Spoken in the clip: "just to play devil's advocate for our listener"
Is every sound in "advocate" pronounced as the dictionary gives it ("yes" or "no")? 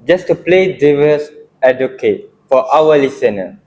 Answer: no